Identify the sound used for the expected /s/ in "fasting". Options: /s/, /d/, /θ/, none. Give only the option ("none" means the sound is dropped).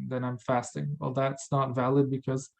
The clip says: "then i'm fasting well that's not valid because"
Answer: /s/